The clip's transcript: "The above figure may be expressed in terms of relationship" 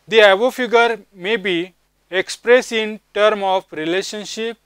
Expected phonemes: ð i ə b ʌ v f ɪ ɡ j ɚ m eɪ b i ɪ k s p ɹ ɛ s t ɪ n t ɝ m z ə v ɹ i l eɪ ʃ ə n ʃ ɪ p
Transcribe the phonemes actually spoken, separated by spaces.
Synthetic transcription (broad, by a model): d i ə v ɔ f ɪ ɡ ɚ m eɪ b i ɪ k s p ɹ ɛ s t ɪ n t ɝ m ə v ɹ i l eɪ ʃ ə n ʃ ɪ p